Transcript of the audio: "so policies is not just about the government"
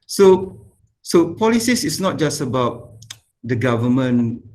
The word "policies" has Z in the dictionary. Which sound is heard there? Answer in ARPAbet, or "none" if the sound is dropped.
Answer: S